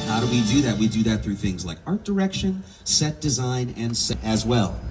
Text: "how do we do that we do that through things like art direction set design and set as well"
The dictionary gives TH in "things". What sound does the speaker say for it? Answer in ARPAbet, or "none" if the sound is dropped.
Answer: TH